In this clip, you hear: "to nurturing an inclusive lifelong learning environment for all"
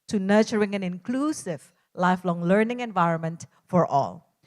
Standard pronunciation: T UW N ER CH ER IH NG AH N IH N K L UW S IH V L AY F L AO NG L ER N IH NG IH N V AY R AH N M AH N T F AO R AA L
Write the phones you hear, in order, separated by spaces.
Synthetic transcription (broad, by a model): T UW N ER CH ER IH NG AH N IH N K L UW S IH V L AY F L AO NG L ER N IH NG IH N V AY R AH N M AH N T F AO R AA L